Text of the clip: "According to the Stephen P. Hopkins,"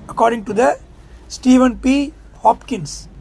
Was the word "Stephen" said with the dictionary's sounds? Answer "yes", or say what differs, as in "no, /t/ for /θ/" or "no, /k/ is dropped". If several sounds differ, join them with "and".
yes